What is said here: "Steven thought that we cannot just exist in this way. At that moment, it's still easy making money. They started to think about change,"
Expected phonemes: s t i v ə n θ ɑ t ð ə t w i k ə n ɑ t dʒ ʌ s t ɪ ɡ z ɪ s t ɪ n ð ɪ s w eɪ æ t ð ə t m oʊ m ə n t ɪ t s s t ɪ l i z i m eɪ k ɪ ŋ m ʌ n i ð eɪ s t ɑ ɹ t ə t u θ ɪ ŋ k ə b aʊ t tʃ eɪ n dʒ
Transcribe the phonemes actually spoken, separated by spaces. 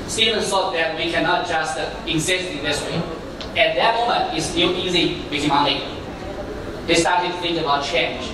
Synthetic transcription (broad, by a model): s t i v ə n s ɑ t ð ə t w i k ə n ɑ t dʒ ʌ s t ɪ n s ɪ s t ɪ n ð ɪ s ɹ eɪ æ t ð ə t m oʊ m ə n t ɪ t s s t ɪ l i z i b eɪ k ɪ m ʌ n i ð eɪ s t ɑ ɹ t ə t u θ ɪ ŋ k ə b aʊ t tʃ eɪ n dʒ